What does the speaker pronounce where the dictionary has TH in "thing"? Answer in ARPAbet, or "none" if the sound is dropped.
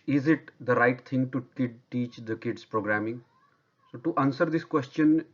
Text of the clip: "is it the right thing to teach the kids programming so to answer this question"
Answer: T